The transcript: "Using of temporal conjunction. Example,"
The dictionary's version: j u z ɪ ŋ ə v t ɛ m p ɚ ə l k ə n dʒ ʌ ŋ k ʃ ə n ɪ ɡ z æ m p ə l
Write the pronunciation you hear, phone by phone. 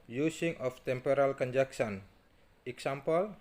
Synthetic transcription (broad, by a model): j u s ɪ ŋ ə f t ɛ m p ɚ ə l k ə n dʒ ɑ k s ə n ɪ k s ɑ m p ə l